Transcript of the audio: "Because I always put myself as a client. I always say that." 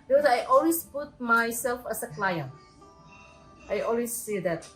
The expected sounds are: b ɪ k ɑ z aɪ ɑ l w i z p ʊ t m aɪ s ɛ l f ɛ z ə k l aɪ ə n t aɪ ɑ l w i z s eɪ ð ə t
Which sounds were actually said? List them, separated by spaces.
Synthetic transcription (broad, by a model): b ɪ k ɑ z aɪ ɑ l w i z p ʊ t m aɪ s ɛ l f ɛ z ə k l aɪ ə n t aɪ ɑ l w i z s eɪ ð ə t